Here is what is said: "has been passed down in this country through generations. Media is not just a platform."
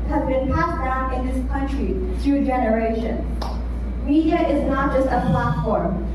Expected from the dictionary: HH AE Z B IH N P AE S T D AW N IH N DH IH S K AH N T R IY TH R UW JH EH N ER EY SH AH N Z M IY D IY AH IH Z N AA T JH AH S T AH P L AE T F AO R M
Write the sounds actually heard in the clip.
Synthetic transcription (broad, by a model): HH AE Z B IH N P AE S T D AW N IH N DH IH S K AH N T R IY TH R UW JH EH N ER EY SH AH N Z M IY D IY AH IH Z N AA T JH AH S T AH P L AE T F AO R M